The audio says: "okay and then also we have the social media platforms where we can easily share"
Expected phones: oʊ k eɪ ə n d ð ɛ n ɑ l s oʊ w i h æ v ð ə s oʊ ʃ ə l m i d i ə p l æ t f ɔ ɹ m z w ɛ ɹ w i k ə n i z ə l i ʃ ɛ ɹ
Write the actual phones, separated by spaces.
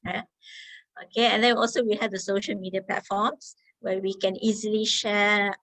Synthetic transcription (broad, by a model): oʊ k eɪ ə n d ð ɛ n ɑ l s oʊ w i h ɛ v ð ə s oʊ ʃ ə l m i d i ə p l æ t f ɔ m s w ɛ w i k ə n i z ə l i ʃ ɛ